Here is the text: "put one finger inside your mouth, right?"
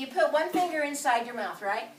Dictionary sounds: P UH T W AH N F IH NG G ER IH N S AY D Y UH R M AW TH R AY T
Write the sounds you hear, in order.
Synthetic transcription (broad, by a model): P UH T W AH N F IH NG G ER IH N S AY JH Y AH R M AW TH R AY T